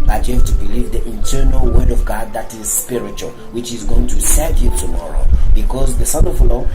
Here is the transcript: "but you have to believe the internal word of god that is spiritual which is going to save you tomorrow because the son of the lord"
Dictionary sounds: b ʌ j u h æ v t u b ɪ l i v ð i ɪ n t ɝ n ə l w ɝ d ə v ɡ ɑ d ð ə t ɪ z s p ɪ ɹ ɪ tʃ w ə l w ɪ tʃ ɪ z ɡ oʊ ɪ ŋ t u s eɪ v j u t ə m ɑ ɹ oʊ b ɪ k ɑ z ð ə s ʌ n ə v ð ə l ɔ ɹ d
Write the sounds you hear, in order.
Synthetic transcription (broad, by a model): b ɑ j u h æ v t u b ɪ l i v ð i ɪ n t ɝ n ə l w ɝ d ə v ɡ ɑ d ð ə t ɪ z s p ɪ ɹ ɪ tʃ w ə l w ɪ tʃ ɪ z ɡ oʊ ɪ ŋ t u s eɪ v j u t ə m ɑ ɹ oʊ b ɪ k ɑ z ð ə s ʌ n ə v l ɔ